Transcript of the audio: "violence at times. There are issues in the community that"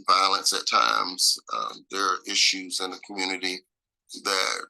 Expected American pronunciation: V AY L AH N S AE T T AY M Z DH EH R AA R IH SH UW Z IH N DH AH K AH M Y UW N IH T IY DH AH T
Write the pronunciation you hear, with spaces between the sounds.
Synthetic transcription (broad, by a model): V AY L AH N S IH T T AY M Z DH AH R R IH SH UW Z IH N DH AH K M Y UW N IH T IY DH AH T